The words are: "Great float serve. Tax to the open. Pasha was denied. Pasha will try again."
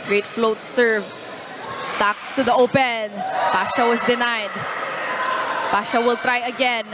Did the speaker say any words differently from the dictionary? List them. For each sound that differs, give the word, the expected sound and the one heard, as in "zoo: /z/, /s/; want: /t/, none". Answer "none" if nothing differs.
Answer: was: /z/, /s/